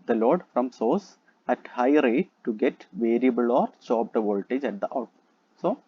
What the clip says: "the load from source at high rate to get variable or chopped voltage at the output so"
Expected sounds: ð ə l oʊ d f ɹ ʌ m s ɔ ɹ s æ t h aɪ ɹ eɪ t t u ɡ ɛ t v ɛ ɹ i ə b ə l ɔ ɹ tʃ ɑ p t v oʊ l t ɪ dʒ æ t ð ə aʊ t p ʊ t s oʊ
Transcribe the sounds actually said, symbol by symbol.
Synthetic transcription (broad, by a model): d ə l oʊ d f ɹ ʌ m s ɔ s æ t h aɪ ɹ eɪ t t u ɡ ɛ t v ɛ ɹ i ə b ə l ɔ ɹ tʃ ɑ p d v oʊ l t ɪ dʒ æ t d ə t ɑ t s oʊ